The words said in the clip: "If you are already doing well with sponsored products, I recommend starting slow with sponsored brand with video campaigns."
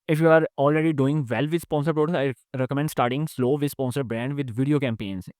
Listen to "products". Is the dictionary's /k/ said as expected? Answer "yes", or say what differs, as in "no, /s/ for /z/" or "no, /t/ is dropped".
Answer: no, /k/ is dropped